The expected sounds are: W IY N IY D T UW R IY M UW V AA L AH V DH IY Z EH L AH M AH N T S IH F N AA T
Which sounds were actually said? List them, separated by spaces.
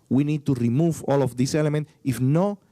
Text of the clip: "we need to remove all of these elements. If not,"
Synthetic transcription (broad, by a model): W IY N IY D T UW R IY M UW V AA L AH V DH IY S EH L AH M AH N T IH F N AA